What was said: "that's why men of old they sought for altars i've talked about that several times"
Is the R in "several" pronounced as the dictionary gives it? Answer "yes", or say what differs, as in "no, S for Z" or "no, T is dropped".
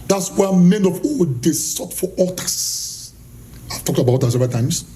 no, R is dropped